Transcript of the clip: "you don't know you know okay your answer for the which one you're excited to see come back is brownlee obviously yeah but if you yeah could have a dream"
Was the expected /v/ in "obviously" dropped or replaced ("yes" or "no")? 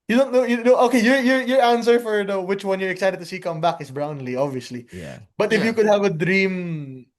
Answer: no